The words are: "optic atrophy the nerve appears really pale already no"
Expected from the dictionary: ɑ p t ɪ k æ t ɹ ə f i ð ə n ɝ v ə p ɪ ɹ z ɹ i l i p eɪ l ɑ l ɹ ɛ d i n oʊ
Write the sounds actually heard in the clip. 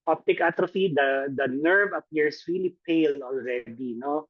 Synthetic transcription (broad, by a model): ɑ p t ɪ k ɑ t ɹ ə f i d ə n ɝ v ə p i ɹ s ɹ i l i p eɪ l ɑ l ɹ ɛ d i n oʊ